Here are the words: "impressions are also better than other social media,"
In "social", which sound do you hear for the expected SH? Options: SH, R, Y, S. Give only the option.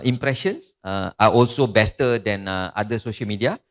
SH